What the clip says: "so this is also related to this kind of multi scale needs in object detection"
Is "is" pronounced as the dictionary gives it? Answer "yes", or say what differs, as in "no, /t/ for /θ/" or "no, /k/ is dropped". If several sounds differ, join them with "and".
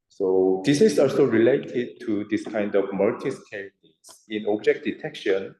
no, /s/ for /z/